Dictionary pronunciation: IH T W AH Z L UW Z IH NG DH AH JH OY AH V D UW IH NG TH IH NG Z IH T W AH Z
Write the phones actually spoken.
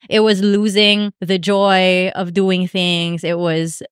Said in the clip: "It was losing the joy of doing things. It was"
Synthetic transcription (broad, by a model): IH T W AH Z L UW Z IH NG DH AH JH OY AH V D UW IH NG TH IH NG Z IH T W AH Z